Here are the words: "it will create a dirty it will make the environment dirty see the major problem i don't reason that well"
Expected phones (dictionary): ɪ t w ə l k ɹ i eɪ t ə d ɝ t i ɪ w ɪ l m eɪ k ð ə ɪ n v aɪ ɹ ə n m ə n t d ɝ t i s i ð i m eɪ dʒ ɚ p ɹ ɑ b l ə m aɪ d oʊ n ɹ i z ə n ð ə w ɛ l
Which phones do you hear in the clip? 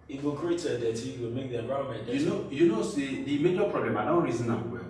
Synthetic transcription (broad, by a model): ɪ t w ə l k ɹ i eɪ t ə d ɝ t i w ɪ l m eɪ k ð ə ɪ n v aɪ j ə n ə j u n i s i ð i m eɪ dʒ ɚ p ɹ ɑ b l ə m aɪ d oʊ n ɹ i z ə n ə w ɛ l